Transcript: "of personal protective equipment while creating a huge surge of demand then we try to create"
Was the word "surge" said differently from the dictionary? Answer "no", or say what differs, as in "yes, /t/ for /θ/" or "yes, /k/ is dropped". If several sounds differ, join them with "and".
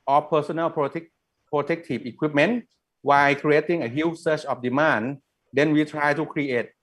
yes, /tʃ/ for /dʒ/